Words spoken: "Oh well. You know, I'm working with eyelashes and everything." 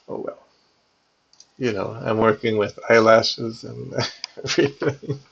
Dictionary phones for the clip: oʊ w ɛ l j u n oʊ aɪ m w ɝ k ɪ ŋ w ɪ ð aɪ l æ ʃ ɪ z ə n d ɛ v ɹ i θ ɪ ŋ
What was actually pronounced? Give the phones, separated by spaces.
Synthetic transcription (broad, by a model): oʊ w ɛ l j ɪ n oʊ aɪ m w ɝ k ɪ ŋ w ɪ ð aɪ l æ ʃ ɪ z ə n ɛ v ɹ i θ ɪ ŋ